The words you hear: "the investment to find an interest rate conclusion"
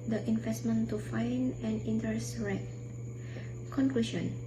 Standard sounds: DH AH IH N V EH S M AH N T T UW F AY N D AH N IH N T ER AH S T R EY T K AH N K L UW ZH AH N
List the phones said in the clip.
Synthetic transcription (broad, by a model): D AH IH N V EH S M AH N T T UW F AY N AH N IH N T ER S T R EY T K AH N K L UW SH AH N